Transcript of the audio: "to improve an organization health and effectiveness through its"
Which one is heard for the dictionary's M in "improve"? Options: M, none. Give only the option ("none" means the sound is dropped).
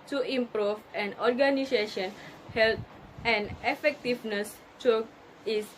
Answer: M